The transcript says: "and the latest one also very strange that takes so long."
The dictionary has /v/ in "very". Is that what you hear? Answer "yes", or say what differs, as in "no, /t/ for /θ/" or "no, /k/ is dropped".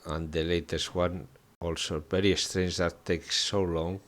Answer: no, /b/ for /v/